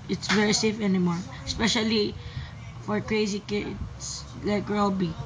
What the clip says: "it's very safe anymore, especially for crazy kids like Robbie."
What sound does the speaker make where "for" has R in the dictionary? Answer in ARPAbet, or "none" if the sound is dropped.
R